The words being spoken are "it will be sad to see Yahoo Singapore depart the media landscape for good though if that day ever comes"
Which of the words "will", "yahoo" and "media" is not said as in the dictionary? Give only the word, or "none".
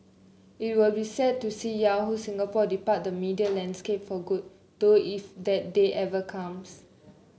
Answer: none